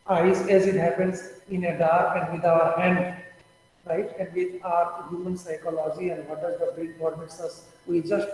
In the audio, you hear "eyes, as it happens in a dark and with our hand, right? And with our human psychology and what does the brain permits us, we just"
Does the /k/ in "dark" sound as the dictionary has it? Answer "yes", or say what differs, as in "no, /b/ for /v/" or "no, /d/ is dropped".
no, /k/ is dropped